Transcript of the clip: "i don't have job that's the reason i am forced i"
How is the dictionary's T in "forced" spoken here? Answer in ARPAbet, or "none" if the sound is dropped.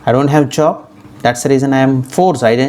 none